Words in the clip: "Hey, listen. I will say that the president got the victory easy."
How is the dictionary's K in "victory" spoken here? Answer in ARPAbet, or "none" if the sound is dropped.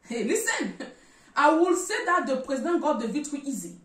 none